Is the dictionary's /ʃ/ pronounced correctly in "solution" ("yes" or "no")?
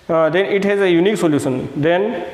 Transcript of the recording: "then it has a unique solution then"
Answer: no